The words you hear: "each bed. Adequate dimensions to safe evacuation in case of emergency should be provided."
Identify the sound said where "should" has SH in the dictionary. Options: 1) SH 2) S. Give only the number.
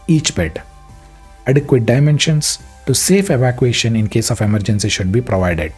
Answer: 1